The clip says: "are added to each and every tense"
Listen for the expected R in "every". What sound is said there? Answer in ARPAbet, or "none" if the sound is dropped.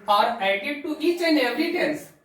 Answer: none